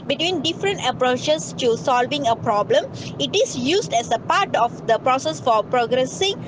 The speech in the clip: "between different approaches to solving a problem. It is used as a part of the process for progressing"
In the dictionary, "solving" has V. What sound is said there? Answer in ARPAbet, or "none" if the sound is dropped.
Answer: V